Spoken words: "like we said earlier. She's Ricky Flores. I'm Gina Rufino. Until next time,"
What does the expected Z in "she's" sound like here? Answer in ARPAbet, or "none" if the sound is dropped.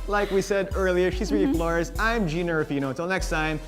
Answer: Z